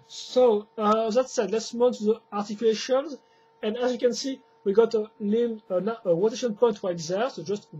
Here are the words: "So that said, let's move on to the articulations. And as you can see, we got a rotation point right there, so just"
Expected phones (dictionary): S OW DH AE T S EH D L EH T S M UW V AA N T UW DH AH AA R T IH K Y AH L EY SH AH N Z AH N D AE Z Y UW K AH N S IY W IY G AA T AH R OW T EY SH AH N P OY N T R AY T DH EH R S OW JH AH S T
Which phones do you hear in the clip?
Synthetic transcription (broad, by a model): S OW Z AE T S EH D L EH T S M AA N T UW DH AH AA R T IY K Y L EY SH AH N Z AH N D AE Z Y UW K AH N S IY W IY G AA T AH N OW T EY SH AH N P OY N T W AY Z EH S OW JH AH S T